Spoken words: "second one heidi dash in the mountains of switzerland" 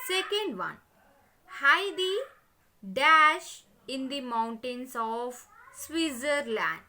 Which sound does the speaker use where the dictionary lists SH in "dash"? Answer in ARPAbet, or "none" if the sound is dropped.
SH